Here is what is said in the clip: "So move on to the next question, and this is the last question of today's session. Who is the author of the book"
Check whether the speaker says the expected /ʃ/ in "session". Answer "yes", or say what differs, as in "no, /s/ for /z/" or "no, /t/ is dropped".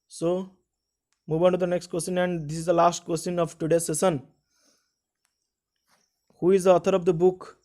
no, /s/ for /ʃ/